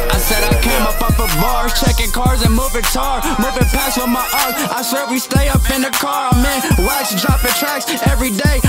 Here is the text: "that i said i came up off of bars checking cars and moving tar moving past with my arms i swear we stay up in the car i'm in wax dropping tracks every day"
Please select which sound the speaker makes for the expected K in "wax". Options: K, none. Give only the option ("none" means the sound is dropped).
none